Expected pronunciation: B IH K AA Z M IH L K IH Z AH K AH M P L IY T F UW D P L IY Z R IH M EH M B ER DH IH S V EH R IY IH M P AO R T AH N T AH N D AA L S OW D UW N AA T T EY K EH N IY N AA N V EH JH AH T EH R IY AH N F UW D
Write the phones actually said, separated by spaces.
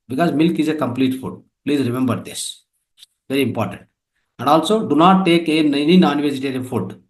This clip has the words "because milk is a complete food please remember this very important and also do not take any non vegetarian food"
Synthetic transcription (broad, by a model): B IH K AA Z M IH L K IH Z AH K AH M P L IY T F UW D P L IY Z R IH M EH M B ER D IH S V EH R IY IH M P AO R T AH N T AH N D AA L S OW D UW N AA T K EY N EH N IY N AA N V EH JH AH T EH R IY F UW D